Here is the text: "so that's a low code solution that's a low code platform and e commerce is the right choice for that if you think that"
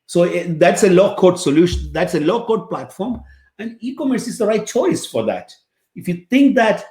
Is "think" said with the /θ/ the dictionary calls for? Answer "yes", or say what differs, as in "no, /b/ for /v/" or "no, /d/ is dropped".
no, /t/ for /θ/